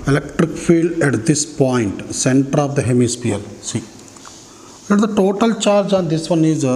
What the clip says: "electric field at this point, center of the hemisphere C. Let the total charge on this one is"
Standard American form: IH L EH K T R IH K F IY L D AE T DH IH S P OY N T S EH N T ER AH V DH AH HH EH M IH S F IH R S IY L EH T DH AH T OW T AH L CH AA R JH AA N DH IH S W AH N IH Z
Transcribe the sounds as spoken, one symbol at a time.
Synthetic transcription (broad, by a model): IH L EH K T R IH K F IY L D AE T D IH S P OY N T S EH N T ER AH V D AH HH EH M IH S P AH L S IY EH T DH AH T OW T AH L CH AA R JH AA N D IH S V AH N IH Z